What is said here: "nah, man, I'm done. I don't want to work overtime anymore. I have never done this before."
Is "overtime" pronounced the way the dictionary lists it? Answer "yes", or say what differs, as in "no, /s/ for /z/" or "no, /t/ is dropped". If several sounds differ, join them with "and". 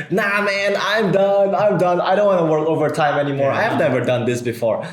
yes